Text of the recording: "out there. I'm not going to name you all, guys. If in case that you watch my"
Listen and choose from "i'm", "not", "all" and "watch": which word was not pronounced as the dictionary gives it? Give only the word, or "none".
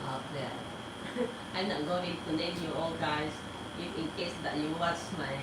watch